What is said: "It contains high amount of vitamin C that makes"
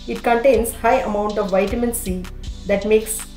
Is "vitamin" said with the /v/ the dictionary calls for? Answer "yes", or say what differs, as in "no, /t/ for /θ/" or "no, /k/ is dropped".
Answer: yes